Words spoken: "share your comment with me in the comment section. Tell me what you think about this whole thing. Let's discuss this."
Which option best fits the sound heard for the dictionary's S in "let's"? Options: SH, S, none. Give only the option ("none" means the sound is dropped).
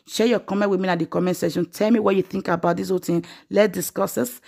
none